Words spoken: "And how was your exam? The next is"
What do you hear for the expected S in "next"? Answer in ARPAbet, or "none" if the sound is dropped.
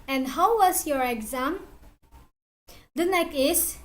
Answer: none